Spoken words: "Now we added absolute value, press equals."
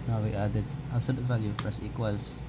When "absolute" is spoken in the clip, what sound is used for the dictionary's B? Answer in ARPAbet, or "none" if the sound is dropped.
none